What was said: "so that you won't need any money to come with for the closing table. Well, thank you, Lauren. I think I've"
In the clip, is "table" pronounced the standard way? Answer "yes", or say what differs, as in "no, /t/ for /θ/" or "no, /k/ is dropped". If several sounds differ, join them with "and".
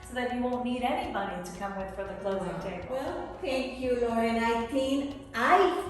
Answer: no, /b/ is dropped